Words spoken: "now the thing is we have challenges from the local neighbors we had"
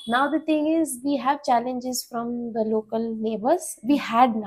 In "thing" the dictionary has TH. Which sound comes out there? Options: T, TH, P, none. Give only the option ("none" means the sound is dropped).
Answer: T